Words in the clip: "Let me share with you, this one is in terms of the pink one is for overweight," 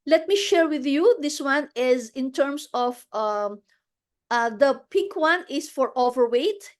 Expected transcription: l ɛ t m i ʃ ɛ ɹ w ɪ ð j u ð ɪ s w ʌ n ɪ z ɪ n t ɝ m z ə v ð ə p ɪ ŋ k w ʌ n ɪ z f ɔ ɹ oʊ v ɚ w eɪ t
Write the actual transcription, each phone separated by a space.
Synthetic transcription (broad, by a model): l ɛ t m i ʃ ɛ ɹ w ɪ ð j u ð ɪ s w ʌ n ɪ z ɪ n t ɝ m s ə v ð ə p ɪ k w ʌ n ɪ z f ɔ ɹ oʊ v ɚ w eɪ t